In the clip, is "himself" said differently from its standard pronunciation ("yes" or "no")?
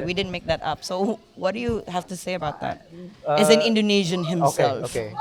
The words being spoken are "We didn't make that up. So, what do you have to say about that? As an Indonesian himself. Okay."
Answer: yes